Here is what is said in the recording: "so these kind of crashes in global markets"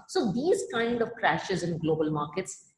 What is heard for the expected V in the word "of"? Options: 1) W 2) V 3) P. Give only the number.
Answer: 2